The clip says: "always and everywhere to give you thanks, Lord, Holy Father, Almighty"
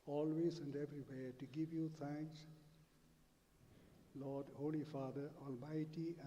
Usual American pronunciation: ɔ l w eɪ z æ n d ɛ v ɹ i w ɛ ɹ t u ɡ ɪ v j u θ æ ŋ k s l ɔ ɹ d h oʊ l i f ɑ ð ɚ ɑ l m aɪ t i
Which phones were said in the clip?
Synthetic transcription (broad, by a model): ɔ l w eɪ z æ n d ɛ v ɹ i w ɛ t u ɡ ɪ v j u t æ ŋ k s l ɔ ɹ d h oʊ l i f ɑ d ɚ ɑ l m aɪ t i